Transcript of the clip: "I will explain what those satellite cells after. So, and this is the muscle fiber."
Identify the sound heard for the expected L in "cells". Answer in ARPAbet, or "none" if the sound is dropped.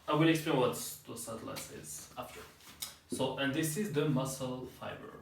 none